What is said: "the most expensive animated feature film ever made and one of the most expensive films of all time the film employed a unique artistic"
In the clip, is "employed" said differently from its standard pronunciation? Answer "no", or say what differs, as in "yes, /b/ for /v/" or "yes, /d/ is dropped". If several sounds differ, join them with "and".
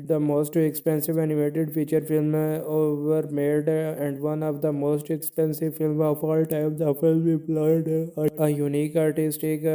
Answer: yes, /m/ is dropped